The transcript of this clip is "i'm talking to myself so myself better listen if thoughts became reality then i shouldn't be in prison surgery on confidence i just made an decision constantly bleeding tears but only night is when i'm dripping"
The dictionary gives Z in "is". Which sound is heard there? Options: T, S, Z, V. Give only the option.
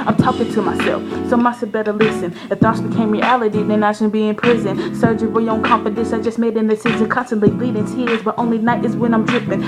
Z